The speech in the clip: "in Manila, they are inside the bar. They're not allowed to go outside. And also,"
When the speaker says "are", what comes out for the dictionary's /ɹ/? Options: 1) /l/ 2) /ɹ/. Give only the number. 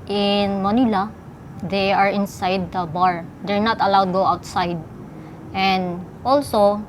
2